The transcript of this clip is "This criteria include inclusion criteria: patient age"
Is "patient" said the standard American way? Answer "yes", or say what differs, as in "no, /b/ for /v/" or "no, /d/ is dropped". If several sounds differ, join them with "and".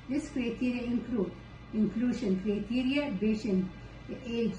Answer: no, /b/ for /p/